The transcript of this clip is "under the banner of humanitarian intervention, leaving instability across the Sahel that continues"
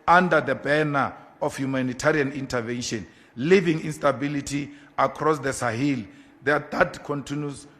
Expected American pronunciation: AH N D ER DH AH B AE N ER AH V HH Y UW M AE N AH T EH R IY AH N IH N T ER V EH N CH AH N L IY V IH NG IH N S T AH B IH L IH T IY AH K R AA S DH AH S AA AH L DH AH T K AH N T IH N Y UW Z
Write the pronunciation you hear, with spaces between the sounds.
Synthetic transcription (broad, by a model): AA N D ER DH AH B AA N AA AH F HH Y UW M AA N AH T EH R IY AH N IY N T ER V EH N SH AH N L IY V IH NG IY N S T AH B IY L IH T IY AH K R AA S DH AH S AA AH L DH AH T K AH N T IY N Y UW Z